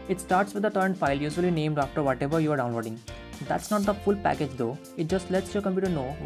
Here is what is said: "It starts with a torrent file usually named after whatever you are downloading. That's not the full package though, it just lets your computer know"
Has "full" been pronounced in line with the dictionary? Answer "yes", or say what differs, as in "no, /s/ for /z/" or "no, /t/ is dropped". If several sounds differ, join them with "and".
yes